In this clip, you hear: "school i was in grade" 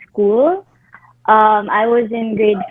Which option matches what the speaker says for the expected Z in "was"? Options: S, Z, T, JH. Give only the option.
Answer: Z